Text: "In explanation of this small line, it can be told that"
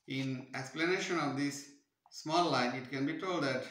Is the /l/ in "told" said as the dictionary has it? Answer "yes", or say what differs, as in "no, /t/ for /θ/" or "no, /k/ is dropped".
yes